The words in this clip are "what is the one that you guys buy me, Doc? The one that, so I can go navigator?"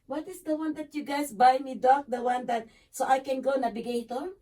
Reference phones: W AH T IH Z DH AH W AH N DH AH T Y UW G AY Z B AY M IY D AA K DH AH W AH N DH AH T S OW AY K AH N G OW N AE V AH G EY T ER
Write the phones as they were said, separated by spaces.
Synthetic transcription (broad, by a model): W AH T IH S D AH W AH N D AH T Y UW G AY S B AY M IY D AA K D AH W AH N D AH T S OW AY K AH N G OW N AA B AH G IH T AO